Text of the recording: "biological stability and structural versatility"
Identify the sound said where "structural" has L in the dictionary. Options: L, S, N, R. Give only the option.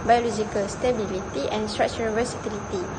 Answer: N